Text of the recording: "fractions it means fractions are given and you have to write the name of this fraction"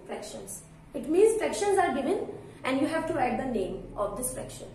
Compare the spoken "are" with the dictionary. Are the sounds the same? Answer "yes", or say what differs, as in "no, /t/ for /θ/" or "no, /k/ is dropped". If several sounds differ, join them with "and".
yes